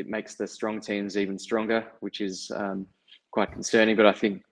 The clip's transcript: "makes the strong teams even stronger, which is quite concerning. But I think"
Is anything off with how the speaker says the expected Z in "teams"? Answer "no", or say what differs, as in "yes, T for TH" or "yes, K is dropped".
no